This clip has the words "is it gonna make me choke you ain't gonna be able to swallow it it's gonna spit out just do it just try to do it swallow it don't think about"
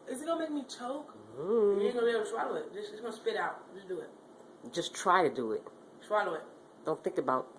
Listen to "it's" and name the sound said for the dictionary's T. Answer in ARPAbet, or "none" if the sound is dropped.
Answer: S